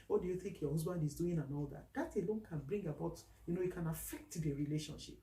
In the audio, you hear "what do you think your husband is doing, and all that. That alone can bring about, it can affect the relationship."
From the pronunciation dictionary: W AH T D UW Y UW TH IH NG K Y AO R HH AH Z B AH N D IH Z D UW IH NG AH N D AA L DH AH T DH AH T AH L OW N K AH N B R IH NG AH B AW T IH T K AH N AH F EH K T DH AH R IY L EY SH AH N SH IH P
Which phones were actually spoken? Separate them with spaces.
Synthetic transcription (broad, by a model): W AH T D UW Y UW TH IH NG K Y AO HH AH Z B AH N D IH Z D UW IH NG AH N AA L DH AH T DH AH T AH L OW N K AH N B R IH NG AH B AW T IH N K AH N AH F EH K T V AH R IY L EY SH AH N SH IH P